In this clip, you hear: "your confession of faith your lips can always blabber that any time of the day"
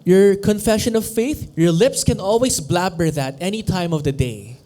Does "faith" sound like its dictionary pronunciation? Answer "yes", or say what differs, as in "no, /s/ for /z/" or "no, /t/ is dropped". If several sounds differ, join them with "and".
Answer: yes